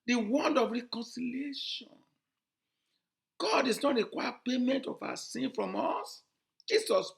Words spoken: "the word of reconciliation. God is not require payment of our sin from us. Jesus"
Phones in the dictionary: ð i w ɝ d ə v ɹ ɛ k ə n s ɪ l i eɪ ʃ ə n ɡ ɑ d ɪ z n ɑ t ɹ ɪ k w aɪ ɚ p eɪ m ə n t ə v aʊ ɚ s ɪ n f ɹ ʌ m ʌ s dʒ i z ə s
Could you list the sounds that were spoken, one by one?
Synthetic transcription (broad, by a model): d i w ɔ d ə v ɹ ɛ k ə n s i l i eɪ ʃ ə n ɡ ɑ d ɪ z n ɑ t ɹ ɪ k w aɪ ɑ p eɪ m ə n t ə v aʊ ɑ s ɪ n f ɹ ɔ m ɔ s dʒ i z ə s